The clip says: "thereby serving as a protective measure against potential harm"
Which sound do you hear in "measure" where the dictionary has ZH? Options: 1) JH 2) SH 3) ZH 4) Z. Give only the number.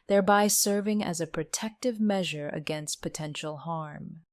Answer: 3